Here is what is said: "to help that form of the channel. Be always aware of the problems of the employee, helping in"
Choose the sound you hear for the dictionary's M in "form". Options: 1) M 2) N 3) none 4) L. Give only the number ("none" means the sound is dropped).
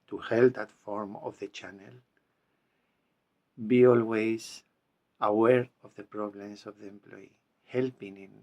1